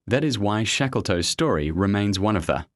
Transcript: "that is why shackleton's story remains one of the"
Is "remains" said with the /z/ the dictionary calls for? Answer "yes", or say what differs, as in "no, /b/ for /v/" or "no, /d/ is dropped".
yes